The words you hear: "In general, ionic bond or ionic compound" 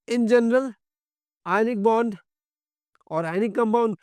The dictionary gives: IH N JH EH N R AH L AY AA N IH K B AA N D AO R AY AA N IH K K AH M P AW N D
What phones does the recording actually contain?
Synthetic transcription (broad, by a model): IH N JH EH N R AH L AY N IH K B AA N D AO R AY N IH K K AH M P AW N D